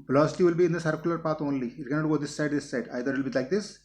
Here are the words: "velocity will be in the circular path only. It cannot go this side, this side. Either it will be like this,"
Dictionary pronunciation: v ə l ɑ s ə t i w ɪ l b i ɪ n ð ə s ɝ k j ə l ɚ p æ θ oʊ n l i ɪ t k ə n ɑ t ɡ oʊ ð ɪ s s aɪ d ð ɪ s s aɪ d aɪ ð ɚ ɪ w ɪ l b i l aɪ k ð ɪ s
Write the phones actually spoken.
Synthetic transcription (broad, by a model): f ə l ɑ s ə t i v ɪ l b i ɪ n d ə s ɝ k j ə l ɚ p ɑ t oʊ n l i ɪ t k ə n ɑ t ɡ oʊ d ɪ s s aɪ d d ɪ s s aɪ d aɪ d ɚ ɪ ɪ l b i l aɪ k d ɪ s